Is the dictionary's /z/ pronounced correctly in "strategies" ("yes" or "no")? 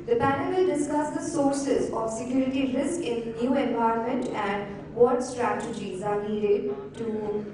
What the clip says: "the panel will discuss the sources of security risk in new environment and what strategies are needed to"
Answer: yes